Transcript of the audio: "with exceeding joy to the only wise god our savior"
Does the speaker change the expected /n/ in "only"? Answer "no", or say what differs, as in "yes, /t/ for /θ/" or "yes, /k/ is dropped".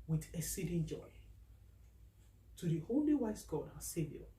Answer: yes, /n/ is dropped